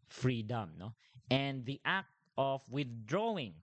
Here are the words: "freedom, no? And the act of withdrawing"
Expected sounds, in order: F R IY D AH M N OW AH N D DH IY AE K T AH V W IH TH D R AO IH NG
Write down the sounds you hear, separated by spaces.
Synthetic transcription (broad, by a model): F R IY D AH M N OW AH N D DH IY AE K T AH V W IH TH D R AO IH NG